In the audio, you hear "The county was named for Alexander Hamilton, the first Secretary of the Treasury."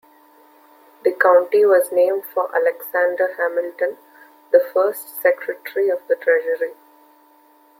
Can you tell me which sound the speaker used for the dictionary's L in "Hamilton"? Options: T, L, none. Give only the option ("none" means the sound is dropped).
L